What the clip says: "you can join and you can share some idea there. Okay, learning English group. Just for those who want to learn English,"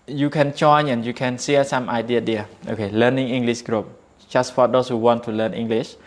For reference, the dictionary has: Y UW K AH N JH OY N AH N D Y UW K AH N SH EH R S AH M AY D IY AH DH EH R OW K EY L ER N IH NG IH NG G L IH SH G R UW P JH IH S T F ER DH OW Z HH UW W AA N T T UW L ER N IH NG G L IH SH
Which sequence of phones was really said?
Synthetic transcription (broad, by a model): Y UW K AH N CH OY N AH N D Y UW K AH N S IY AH S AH M AY D IY AH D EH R OW K EY L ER N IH NG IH NG G L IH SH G R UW P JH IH S T F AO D OW S HH UW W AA N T T UW L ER N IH NG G L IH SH